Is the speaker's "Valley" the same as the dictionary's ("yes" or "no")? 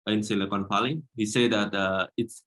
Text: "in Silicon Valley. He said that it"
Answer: no